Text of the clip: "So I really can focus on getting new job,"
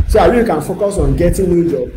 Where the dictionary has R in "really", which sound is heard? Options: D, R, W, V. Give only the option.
W